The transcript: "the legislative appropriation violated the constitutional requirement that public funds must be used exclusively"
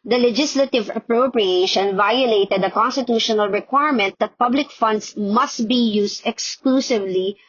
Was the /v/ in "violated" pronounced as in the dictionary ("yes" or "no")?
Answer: yes